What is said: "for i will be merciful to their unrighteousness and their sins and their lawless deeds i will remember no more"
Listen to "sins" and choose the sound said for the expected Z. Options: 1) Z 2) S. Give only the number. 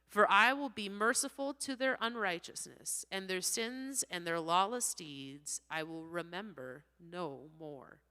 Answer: 1